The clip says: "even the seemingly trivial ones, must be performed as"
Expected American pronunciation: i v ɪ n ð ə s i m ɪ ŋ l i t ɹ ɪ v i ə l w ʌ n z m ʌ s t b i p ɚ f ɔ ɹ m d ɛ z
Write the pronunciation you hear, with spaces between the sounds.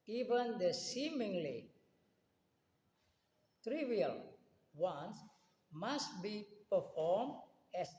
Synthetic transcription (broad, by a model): i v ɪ n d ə s i m ɪ ŋ l i t ɹ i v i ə l w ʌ n s m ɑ s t b i p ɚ f ɔ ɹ m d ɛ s